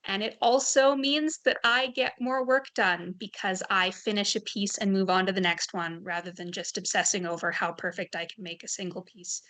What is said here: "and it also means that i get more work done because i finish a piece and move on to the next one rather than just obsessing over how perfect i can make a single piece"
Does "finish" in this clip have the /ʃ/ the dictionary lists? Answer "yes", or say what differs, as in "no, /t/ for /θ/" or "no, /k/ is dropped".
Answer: yes